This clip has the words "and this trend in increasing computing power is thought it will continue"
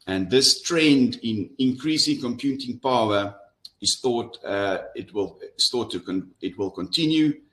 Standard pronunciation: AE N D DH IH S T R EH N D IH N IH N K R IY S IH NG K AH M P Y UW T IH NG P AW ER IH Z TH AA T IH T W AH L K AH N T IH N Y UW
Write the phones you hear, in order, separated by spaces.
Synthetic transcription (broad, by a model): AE N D DH IH S T R EH N D IH N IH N K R IY S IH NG K AH M P Y UW T IH NG P AW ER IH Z TH AA T IH T W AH L K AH N T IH N Y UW